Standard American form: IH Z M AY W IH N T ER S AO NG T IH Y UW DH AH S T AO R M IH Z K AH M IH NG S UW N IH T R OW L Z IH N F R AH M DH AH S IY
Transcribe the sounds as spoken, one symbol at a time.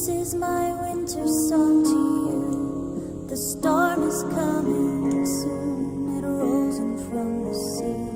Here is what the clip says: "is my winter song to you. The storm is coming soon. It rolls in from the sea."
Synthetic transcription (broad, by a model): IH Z M AY W IH N T ER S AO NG T IH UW DH AH S T AO R M IH Z K AH M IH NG S UW N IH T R OW Z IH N F R AH M DH AH S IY